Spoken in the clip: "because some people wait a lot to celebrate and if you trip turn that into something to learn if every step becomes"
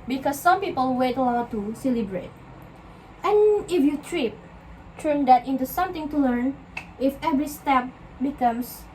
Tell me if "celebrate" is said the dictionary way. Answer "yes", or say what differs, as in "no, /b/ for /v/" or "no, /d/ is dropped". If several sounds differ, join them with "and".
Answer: yes